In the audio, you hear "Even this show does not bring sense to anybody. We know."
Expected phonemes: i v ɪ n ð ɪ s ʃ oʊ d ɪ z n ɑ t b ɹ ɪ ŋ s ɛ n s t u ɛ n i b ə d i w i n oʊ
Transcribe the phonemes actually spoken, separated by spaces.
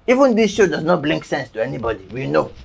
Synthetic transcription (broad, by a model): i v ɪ n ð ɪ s ʃ oʊ d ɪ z n ɑ t b l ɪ ŋ s ɛ n s t u ɛ n i b ə d i w i n oʊ